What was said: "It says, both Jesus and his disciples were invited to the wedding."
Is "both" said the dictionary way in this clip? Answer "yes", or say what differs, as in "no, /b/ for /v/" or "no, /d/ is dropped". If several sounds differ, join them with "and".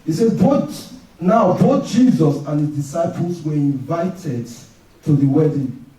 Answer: no, /t/ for /θ/